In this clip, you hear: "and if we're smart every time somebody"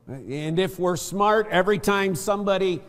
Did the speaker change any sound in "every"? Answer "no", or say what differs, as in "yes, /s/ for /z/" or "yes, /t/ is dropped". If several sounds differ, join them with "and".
no